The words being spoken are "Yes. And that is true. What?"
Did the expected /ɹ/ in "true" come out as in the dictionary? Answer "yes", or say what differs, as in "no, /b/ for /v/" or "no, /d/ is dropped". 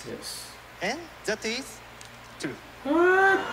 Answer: no, /ɹ/ is dropped